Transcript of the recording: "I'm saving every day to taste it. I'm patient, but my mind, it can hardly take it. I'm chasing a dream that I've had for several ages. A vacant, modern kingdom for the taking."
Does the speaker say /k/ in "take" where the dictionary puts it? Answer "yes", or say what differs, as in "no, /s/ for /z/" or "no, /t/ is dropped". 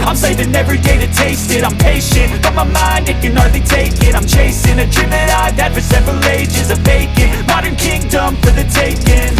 yes